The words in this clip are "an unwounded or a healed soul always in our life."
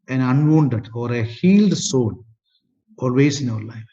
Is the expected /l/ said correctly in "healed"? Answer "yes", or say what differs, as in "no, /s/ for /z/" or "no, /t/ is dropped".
yes